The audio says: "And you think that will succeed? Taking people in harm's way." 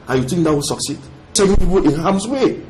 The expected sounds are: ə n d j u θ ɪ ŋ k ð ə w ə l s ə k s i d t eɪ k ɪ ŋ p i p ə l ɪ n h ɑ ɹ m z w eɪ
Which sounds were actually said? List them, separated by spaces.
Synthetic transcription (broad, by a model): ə j u t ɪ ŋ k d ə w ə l s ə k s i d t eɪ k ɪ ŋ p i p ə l ɪ n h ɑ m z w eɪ